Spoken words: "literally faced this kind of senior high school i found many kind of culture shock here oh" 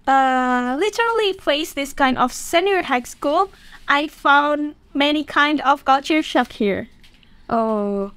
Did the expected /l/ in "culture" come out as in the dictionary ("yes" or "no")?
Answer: no